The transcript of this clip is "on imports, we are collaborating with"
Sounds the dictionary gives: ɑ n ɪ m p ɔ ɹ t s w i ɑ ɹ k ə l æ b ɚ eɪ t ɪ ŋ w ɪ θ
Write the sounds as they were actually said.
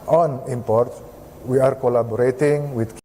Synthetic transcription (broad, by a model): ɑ n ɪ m p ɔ ɹ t w i ɑ ɹ k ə l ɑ b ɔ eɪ t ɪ ŋ w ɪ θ